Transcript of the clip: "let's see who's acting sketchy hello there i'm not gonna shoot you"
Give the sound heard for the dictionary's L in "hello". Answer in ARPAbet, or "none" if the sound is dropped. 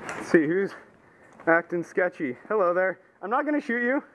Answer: L